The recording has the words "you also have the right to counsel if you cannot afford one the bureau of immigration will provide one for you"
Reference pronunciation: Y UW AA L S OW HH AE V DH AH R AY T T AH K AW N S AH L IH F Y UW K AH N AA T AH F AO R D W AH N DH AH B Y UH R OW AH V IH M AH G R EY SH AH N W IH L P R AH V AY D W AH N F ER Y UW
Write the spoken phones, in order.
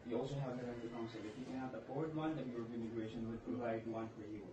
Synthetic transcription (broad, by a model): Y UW AA L S OW HH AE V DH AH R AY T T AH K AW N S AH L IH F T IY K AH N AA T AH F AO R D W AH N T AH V Y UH R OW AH P IH M AH G R EY SH AH N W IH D P R AH V AY D W AH N F ER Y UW